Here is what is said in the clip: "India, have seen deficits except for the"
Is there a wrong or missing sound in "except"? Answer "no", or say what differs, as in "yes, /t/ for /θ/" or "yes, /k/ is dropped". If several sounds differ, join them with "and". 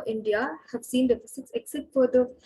yes, /p/ is dropped